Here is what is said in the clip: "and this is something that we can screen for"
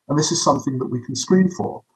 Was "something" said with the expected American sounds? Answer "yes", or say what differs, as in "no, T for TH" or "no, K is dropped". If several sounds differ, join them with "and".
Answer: yes